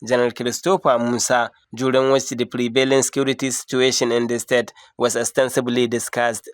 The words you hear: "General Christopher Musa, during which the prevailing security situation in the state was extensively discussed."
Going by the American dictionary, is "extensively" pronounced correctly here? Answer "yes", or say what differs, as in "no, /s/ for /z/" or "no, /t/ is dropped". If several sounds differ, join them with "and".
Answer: no, /k/ is dropped and /b/ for /v/